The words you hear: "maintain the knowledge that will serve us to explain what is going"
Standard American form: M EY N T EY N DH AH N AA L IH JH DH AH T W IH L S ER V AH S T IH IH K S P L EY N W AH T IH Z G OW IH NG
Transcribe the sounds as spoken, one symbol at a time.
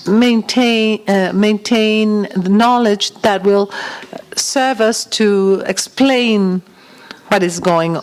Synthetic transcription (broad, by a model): M EY N T EY N DH AH N AA L IH JH DH AH T W IH L S ER V AH S T IH IH K S P L EY N W AH T IH Z G OW IH NG